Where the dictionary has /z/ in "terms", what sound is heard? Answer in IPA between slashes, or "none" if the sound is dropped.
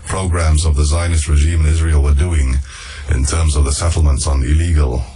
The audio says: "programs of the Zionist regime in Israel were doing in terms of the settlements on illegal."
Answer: /z/